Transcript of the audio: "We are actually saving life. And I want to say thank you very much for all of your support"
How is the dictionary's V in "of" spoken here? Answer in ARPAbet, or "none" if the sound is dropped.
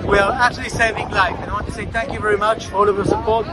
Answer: V